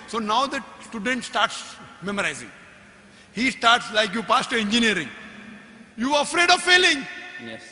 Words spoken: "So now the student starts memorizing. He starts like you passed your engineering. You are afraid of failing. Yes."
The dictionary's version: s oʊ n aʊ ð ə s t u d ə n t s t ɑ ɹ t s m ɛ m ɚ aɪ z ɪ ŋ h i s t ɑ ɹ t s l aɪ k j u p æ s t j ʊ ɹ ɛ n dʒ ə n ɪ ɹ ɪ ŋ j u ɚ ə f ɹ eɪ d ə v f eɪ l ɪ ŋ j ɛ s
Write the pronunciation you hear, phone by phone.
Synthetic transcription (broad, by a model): s oʊ n aʊ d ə s t u d ə n t s t ɑ ɹ t s m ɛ m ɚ aɪ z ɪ ŋ h i s t ɑ ɹ t s l aɪ k j u p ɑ s t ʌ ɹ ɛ n dʒ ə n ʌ ɹ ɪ ŋ j u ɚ ə f ɹ eɪ d ə v f eɪ l ɪ ŋ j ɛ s